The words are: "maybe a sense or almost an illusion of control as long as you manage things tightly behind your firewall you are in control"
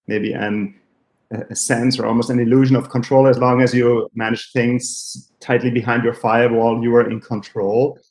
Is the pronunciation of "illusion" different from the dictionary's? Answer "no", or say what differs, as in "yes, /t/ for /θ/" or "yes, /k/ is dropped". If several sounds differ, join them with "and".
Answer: no